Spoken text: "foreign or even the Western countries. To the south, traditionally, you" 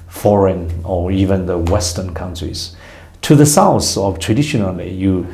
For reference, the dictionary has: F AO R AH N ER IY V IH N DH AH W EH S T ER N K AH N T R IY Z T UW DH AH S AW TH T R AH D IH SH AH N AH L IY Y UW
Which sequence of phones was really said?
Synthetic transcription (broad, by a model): F AO R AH N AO IY V IH N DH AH W EH S T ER N K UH N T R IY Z T UW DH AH S AW F T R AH D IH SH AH N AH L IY Y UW